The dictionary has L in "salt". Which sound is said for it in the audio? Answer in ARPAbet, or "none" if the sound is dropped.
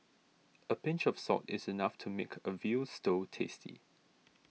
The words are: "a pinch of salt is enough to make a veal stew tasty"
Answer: none